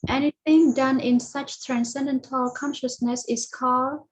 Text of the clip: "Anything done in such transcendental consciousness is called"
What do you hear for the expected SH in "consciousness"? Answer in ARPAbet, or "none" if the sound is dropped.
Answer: SH